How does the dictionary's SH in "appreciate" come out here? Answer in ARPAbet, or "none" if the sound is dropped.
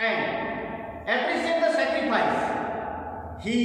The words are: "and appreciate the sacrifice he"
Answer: S